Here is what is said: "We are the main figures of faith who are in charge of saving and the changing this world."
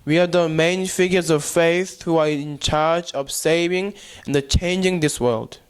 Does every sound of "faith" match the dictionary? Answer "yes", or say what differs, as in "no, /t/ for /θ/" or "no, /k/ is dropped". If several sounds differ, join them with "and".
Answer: yes